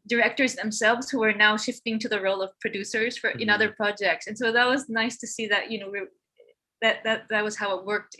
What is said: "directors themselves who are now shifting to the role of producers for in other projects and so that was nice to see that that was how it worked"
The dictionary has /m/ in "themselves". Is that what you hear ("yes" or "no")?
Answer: yes